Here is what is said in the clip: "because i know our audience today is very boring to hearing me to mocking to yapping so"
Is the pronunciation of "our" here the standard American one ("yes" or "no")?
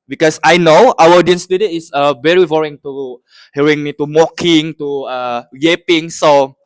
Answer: no